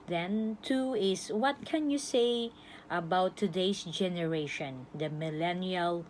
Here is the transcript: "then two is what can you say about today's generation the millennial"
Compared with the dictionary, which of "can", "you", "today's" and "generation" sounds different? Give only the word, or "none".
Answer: today's